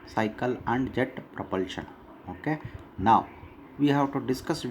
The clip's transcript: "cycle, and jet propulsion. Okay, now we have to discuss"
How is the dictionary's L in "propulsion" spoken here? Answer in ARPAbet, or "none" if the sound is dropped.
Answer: L